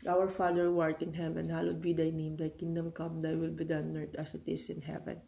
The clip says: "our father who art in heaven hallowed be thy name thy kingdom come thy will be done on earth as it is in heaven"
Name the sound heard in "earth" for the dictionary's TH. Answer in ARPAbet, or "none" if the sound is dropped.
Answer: T